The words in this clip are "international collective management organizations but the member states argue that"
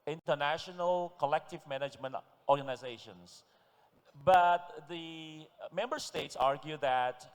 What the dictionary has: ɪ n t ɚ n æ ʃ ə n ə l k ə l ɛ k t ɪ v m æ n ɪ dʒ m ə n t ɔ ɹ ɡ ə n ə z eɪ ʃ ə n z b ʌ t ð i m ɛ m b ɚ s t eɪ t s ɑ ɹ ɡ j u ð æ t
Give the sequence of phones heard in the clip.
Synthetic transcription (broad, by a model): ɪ n t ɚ n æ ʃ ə n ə l k ə l ɛ k t ɪ v m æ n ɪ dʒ m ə n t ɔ ɹ ɡ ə n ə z eɪ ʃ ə n s b ʌ t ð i m ɛ m b ɚ s t eɪ t s ɑ ɹ ɡ j u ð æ t